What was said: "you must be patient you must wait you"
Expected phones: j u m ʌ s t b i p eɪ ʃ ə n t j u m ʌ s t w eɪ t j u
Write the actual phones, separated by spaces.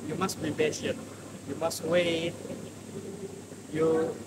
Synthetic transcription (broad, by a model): j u m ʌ s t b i b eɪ s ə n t j u m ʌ s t w eɪ t j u